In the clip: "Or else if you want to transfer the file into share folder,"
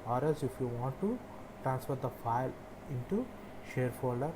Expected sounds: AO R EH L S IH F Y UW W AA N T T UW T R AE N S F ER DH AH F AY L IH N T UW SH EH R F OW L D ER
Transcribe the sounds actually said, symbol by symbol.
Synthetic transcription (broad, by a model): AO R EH S IH F Y UW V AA N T T UW T R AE N S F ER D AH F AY L IH N T UW SH EH R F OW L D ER